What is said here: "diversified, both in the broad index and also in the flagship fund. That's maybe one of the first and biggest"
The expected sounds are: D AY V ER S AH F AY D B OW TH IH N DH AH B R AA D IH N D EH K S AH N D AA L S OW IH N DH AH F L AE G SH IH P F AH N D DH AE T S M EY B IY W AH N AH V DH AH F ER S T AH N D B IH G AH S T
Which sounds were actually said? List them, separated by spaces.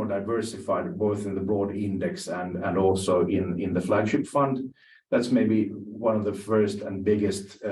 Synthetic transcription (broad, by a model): D AY V ER S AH F AY D B OW TH IH N DH AH B R AA D IH N D EH K S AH N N AA L S OW IH N DH AH F L AE G SH IH P F AH N D DH AE T S M EY B IY W AH N AH V DH AH F ER S T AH N B IH G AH S T